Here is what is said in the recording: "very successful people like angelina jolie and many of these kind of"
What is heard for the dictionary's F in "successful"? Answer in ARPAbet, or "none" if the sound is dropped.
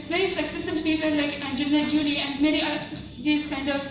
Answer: none